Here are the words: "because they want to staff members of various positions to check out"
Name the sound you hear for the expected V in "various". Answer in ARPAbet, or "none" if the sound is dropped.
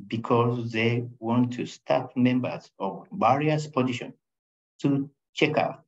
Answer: B